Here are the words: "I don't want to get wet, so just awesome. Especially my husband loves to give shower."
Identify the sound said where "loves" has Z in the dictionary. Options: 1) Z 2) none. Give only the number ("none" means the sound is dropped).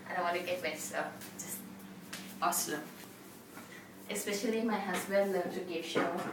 2